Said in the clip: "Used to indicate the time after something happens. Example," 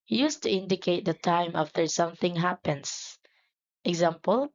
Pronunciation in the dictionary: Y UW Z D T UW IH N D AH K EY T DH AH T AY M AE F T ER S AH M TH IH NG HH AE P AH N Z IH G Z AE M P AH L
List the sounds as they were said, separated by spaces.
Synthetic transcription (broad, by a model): Y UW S T UW IH N D AH K EY T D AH T AY M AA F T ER S AH M TH IH NG HH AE P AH N S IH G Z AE M P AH L